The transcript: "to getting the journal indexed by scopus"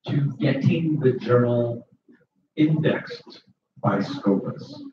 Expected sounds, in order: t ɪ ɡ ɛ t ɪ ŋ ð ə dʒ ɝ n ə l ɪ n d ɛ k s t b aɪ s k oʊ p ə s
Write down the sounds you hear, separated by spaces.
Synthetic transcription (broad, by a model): t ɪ ɡ ɛ t ɪ ŋ ð ə dʒ ɝ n l ɪ n d ɛ k s t b aɪ s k oʊ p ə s